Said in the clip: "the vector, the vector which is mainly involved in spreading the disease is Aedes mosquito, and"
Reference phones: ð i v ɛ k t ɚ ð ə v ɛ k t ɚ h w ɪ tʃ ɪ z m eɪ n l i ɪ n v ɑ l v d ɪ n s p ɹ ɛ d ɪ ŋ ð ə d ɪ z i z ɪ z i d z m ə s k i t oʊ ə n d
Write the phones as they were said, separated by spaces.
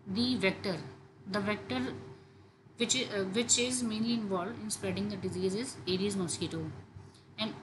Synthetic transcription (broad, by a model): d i v ɛ k t ɚ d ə v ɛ k t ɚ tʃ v ɪ tʃ ɪ z m eɪ n l i ɪ n v ɑ l v d ɪ n s p ɹ ɛ d ɪ ŋ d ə d ɪ z i z ɪ z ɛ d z m ə s k i t oʊ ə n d